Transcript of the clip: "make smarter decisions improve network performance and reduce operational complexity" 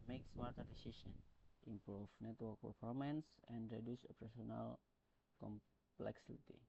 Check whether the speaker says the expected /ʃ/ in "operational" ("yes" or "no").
no